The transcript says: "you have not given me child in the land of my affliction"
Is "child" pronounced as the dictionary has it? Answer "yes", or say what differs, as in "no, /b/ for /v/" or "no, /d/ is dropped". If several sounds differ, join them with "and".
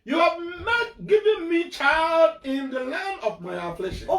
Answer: yes